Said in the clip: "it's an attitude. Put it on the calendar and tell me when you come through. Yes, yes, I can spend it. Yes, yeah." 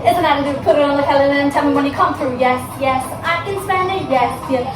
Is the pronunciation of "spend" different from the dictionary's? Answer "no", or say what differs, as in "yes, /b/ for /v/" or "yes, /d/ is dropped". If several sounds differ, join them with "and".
yes, /d/ is dropped